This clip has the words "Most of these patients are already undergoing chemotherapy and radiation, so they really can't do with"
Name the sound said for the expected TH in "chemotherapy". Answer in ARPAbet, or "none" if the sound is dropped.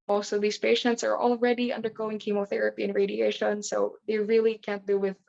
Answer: TH